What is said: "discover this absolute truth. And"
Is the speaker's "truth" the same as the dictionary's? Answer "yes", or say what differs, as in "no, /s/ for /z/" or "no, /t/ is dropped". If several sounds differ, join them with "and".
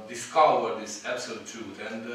no, /ɹ/ is dropped and /t/ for /θ/